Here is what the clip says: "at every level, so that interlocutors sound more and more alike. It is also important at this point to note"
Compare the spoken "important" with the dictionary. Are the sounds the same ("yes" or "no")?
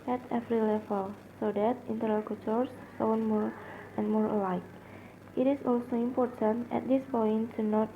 yes